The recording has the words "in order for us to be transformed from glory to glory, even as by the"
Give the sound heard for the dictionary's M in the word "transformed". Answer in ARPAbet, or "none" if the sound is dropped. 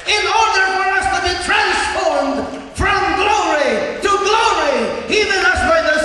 M